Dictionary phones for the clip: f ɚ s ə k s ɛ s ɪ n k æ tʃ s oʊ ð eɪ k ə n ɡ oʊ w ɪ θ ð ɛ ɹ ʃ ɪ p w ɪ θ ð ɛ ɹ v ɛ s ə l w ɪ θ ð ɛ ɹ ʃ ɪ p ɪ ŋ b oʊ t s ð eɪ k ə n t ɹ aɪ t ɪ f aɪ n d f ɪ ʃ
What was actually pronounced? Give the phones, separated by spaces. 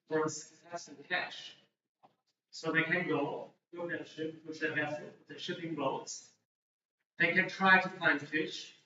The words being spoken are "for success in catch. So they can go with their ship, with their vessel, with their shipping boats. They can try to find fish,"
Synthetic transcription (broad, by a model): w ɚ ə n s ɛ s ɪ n k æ ʃ s oʊ ð eɪ k ə n ɡ oʊ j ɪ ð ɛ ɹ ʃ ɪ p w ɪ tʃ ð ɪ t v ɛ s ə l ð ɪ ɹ ʃ ɪ p ɪ ŋ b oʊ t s ð eɪ k ə n t ɹ aɪ t ɪ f aɪ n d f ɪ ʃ